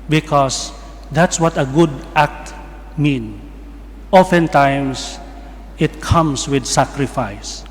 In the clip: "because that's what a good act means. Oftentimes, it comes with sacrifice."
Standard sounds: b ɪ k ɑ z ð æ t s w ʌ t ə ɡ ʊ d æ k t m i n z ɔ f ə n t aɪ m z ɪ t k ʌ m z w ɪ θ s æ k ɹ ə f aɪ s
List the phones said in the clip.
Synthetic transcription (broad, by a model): b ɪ k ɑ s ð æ t s w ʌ t ə ɡ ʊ d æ k t m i n ɔ f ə n t aɪ m s ɪ t k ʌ m s w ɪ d s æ k ɹ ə f aɪ s